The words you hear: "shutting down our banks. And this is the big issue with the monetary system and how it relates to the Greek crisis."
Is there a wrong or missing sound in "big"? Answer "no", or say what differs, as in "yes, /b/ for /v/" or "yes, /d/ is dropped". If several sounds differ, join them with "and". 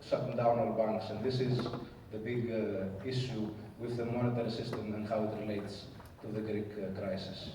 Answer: no